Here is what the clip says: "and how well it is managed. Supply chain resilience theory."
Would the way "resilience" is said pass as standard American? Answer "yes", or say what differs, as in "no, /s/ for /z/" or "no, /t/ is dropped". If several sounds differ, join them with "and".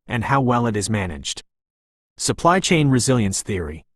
yes